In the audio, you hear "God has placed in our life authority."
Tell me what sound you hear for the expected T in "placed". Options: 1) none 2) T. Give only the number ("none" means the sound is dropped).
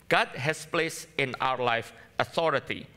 1